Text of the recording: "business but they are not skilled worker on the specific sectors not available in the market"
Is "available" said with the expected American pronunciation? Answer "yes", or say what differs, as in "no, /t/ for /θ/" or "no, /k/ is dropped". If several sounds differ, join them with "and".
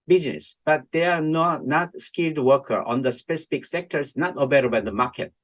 no, /b/ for /v/